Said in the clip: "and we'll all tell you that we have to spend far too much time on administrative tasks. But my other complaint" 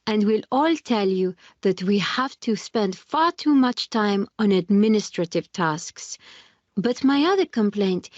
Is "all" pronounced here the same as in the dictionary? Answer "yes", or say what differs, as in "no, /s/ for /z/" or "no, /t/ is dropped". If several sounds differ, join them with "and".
yes